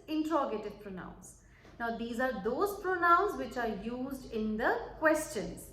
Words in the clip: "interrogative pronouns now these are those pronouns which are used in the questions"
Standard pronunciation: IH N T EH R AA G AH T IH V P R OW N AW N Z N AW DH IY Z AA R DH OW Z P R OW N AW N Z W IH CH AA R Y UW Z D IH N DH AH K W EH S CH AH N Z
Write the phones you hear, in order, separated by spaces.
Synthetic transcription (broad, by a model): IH N T R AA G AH T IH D P R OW N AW N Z N AW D IY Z AA R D OW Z P R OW N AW N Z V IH CH AA R Y UW Z D IH N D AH K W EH S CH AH N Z